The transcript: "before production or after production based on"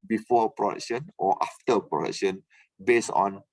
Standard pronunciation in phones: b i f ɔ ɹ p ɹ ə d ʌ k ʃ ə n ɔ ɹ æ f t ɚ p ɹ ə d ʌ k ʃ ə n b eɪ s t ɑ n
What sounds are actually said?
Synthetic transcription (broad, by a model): b i f ɔ p ɹ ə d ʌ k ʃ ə n ɔ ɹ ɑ f t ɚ p ɹ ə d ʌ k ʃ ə n b eɪ s ɑ n